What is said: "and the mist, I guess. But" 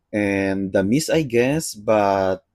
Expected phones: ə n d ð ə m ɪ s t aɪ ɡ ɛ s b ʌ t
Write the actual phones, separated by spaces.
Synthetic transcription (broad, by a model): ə n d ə m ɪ s aɪ ɡ ɛ s b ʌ t